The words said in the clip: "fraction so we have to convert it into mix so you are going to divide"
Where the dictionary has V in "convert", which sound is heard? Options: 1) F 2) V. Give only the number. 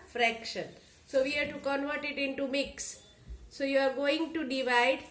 2